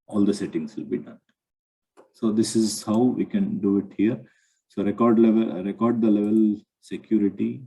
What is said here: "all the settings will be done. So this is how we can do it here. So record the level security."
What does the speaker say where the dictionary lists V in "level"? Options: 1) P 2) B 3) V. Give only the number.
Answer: 3